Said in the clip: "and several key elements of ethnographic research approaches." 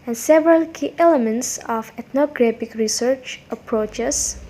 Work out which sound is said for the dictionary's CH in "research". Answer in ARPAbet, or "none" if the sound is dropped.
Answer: CH